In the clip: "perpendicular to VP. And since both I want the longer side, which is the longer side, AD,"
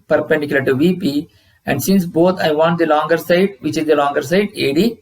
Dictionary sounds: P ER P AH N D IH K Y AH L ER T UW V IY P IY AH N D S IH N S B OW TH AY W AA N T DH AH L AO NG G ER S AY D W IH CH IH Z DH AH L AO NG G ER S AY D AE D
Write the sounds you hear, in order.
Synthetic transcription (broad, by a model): P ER P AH N D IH K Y L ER T UW V IY P IY AH N D S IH N S B OW T AY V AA N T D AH L AO NG G ER S AY D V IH CH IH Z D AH L AO NG G ER S AY D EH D